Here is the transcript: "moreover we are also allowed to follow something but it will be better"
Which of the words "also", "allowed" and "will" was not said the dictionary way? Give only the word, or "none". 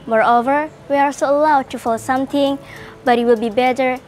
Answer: also